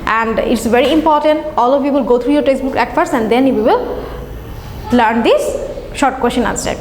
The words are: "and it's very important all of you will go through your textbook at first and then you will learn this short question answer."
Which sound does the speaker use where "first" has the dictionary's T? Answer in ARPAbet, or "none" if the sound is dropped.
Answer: none